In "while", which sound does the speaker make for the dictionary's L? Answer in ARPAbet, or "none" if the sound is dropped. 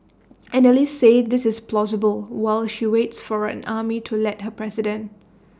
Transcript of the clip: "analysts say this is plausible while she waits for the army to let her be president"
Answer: L